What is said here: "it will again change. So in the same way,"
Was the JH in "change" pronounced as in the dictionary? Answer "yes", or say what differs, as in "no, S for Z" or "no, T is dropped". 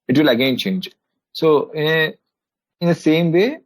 yes